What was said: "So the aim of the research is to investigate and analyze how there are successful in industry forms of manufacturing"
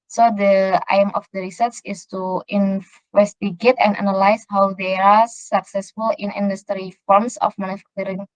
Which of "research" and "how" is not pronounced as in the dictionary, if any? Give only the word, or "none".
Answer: research